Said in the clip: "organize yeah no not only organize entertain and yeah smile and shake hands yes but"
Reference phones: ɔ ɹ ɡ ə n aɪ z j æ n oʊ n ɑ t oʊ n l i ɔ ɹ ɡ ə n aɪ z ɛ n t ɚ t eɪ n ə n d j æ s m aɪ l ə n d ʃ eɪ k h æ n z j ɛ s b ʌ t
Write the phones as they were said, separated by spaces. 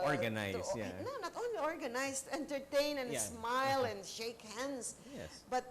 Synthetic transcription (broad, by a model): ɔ ɹ ɡ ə n aɪ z j æ n oʊ n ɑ t oʊ n l i ɔ ɹ ɡ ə n aɪ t ɛ n t ɚ t eɪ n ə n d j s m aɪ l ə n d ʃ eɪ k h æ n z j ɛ b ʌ t